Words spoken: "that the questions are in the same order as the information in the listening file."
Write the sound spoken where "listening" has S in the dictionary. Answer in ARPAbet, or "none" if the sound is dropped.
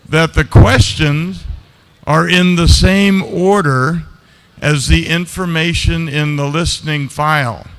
S